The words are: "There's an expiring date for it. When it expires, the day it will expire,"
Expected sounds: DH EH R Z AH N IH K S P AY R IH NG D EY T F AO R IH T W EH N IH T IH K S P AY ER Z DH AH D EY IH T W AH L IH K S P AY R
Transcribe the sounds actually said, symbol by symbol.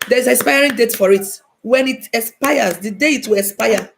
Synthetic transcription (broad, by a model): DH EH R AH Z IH S P AY R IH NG D EY T F AO R IH T W EH N IH T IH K S P AY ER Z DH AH D EY IH T W AH L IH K S P AY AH